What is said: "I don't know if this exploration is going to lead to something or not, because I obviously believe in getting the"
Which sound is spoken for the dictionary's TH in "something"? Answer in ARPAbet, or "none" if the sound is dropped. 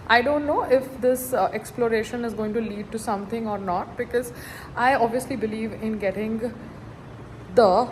T